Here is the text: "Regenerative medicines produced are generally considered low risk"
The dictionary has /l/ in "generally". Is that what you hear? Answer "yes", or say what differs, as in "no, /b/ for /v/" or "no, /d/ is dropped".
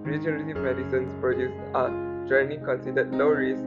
no, /n/ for /l/